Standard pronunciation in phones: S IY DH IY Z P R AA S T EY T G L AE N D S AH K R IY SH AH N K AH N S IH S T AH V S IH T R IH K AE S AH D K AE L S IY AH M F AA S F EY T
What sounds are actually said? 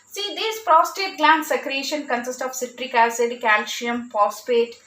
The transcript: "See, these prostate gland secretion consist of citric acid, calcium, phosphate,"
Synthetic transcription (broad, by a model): S IY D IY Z P R AA S T EY T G L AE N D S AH K R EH SH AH N K AH N S IH S T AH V S IH T R IH K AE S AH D K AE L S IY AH M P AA S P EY T